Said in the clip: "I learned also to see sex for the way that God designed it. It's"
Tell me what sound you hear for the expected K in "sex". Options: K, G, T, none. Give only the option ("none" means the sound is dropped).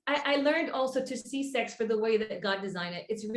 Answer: K